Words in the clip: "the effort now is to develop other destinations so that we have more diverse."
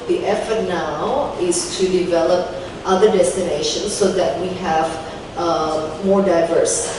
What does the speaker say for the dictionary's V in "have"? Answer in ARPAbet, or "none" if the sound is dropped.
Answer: V